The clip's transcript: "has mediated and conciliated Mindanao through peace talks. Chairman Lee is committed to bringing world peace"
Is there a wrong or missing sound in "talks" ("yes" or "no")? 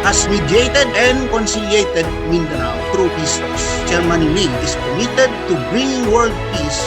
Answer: yes